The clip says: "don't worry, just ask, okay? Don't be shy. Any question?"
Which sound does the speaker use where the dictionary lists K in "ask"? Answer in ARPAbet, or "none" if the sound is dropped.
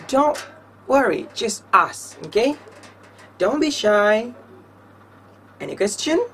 none